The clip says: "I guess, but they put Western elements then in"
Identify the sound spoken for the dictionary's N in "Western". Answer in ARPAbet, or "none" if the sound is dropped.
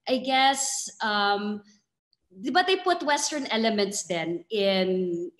N